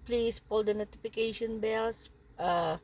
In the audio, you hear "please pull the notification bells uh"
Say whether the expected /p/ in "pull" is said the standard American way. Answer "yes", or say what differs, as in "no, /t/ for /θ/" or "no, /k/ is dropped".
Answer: yes